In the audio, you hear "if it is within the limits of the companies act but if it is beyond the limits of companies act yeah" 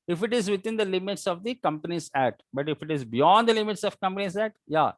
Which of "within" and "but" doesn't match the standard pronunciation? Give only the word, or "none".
within